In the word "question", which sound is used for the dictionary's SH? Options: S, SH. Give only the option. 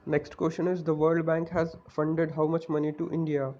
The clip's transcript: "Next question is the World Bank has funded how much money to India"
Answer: SH